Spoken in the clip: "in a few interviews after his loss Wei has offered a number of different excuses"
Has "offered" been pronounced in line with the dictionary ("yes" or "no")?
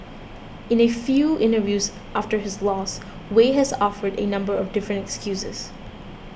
yes